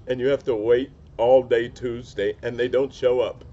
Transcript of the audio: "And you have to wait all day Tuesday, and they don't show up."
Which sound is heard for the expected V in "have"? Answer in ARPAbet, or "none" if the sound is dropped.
F